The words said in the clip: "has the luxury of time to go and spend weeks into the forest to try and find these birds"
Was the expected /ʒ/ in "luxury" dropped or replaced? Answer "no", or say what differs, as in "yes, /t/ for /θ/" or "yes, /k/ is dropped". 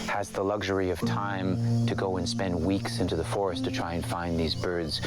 no